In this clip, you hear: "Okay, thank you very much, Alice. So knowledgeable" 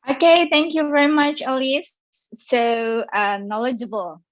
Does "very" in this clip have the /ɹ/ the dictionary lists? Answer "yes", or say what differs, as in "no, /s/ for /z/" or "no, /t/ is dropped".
yes